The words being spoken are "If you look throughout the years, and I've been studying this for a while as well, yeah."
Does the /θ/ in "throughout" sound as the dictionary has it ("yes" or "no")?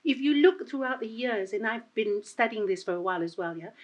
yes